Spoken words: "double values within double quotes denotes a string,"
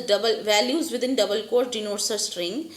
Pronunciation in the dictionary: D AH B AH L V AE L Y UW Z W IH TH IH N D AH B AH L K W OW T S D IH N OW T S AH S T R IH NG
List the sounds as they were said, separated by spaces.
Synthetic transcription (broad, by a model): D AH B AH L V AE L Y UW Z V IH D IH N D AH B AH L K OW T D IH N OW T S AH S T R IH NG